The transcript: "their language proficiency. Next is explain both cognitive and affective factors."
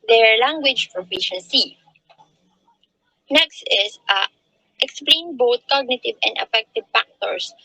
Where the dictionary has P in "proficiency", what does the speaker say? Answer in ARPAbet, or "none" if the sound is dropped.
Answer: F